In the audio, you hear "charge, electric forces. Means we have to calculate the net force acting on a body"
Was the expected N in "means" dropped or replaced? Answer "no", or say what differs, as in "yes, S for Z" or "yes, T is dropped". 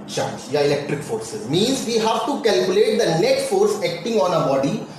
no